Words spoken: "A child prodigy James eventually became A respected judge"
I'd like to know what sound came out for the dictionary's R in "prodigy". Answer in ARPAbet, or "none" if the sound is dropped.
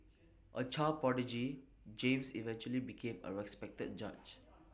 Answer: none